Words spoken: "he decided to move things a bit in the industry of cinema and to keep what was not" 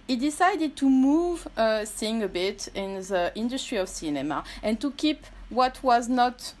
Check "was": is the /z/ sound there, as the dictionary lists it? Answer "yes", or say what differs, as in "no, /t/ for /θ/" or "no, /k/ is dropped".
yes